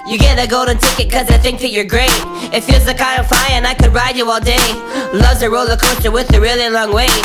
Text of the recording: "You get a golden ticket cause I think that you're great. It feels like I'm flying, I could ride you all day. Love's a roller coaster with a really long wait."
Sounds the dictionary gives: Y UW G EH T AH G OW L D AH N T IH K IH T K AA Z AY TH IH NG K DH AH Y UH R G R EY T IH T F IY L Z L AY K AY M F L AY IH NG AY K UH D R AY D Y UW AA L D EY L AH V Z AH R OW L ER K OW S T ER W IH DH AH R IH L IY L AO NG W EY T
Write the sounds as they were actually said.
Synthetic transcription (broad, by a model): Y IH G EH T AH G OW L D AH N T IH K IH T K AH Z AY TH IH NG K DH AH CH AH R G R EY T IH T F IY L Z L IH K AY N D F AY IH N AY K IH D R AY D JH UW AA L D EY L AH V Z AH R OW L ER K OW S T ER W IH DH AH R IH L IY L AO NG W EY